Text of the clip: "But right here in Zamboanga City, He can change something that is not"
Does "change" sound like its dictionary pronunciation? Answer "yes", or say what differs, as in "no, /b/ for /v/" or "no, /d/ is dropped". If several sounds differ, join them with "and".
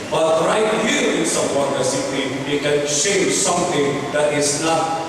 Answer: no, /ʃ/ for /tʃ/